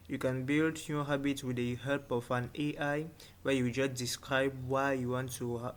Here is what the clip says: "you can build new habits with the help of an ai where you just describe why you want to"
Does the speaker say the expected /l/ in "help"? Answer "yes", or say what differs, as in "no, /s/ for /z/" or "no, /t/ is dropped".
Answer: no, /l/ is dropped